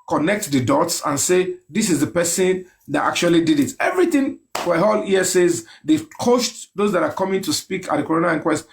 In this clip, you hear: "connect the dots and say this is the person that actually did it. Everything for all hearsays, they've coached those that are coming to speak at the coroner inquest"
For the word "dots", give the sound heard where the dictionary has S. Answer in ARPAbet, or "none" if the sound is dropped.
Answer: S